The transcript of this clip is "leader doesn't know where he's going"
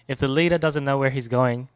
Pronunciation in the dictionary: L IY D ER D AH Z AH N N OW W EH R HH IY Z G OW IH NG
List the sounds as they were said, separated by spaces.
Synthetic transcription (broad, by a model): L IY D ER D AH Z AH N N OW W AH R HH IY Z G OW IH NG